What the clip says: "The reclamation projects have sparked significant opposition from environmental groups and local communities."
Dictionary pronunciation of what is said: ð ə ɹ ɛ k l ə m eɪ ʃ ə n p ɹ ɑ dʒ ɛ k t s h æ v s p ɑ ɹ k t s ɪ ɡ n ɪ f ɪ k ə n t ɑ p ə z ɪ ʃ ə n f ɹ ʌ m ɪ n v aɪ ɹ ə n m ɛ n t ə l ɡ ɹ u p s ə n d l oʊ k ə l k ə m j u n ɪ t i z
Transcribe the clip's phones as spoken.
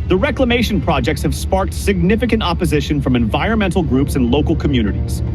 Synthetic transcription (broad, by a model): ð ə ɹ ɛ k l ə m eɪ ʃ ə n p ɹ ɑ dʒ ɛ k t s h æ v s p ɑ ɹ k t s ɪ ɡ n ɪ f ɪ k ə n t ɑ p ə z ɪ ʃ ə n f ɹ ʌ m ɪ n v aɪ ɹ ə n m ɛ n t l ɡ ɹ u p s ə n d l oʊ k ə l k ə m j u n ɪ t i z